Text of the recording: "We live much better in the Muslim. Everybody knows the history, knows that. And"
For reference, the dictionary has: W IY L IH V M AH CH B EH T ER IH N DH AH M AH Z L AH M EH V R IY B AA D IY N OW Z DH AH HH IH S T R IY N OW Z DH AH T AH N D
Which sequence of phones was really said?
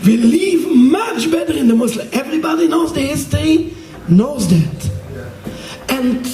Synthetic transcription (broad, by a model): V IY L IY V M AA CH B EH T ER IH N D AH M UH S L EH V R IY B AA D IY N OW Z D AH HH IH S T IY N OW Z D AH T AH N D